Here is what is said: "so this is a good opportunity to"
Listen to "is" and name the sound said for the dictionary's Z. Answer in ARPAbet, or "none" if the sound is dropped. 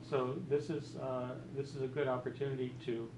Z